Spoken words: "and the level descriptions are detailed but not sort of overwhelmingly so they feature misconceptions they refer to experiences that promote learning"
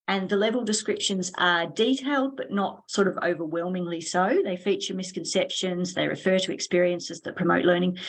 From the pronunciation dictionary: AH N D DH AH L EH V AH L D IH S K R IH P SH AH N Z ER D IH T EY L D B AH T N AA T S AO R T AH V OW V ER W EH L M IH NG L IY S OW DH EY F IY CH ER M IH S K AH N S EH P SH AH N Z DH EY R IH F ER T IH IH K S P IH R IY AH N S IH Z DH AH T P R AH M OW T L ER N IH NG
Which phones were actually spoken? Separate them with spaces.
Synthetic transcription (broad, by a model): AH N DH AH L EH V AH L D IH S K R IH P SH AH N Z ER D IH T EY L D B AH T N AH T S AO R T AH V OW V ER W EH L M IH NG L IY S OW DH EY F IY CH ER M IH S K AH N S EH P SH AH N Z DH EY R IH F ER T IH IH K S P IH R IY AH N S IH Z DH AH T P R AH M OW T L ER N IH NG